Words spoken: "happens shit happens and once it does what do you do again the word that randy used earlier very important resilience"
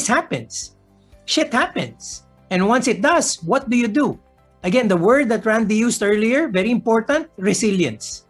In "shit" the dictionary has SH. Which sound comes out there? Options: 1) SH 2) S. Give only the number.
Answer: 1